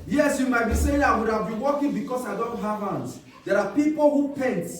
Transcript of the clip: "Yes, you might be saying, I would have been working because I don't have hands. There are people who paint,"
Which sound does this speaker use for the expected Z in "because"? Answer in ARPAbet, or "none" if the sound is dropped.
S